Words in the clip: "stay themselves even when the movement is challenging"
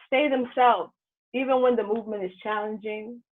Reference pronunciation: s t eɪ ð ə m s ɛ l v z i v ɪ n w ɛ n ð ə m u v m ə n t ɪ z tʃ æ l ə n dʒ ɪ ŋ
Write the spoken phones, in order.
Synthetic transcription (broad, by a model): s t eɪ ð ə m s ɛ l v z i v ɪ n w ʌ n ð ə m u v m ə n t ɪ z tʃ æ l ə n dʒ ɪ ŋ